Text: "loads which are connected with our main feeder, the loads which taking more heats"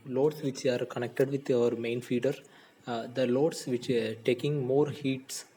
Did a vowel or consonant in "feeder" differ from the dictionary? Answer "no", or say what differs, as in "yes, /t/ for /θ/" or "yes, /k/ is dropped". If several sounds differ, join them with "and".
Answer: no